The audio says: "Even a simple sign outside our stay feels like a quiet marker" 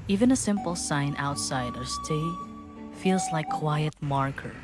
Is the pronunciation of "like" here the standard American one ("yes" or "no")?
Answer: no